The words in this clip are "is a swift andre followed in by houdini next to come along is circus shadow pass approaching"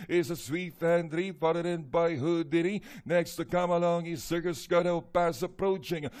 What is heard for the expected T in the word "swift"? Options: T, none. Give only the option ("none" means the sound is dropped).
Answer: none